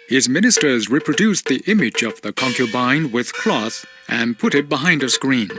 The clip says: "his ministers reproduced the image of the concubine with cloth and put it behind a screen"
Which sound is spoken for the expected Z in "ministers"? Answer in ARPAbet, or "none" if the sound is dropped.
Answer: Z